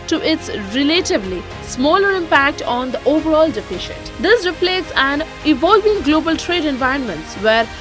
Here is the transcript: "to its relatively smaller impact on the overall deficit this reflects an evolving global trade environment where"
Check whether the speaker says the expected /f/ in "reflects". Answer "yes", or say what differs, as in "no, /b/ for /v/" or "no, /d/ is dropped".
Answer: no, /p/ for /f/